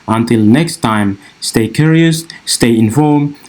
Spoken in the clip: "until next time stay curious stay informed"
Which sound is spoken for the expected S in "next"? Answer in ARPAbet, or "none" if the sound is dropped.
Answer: S